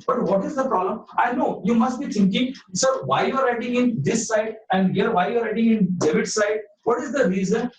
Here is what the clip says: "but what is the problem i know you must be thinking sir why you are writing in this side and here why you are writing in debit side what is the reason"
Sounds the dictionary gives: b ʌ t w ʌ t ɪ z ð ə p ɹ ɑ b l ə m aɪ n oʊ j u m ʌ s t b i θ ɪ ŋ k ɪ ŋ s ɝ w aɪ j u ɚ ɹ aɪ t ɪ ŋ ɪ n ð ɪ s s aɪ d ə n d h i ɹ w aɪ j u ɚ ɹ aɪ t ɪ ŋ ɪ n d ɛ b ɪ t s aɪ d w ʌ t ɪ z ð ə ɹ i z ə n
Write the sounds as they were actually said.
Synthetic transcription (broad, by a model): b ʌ t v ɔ t ɪ z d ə p ɹ ɑ b l ə m aɪ n oʊ j u m ʌ s t b i t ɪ ŋ k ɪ ŋ s ɝ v aɪ j u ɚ ɹ aɪ t ɪ ŋ ɪ n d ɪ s s aɪ d ə n d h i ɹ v aɪ j u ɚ ɹ aɪ t ɪ ŋ ɪ n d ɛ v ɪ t s aɪ d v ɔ t ɪ z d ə ɹ i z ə n